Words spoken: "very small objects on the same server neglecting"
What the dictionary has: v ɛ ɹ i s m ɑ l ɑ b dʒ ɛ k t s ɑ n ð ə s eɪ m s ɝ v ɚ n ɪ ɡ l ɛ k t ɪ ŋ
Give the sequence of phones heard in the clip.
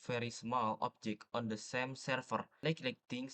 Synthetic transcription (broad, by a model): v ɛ ɹ i s m ɑ l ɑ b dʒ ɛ k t ɑ n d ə s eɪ m s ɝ f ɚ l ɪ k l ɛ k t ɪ ŋ